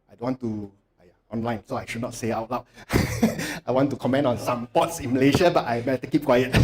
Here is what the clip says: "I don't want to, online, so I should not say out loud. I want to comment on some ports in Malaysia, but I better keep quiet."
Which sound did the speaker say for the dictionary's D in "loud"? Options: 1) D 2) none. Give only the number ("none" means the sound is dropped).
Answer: 2